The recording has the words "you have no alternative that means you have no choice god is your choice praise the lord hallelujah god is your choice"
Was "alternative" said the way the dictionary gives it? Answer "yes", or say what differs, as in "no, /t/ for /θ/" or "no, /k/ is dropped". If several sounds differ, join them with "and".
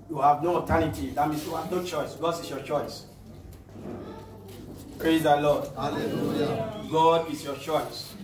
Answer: no, /l/ is dropped